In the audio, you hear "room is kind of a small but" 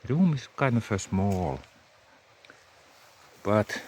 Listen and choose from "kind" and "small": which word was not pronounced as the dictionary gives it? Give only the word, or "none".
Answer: kind